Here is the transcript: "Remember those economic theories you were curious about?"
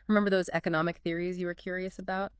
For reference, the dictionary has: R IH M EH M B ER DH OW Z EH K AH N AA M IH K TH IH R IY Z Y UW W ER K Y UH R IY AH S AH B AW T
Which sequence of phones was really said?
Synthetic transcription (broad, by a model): R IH M EH M B ER DH OW Z EH K AH N AA M IH K TH IH R IY Z Y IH W ER K Y UH R IY AH S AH B AW T